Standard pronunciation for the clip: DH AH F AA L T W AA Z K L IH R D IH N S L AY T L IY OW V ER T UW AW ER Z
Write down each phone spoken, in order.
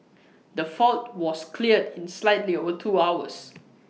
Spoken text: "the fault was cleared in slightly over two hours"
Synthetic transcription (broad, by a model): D AH F AA L T W AA S K L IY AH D IH N S L AY T L IY OW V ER T UW AW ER S